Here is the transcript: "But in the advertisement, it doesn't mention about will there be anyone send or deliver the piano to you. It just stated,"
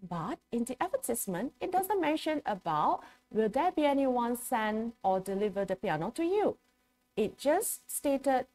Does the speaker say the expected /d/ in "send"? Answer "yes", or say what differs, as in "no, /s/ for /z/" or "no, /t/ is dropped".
no, /d/ is dropped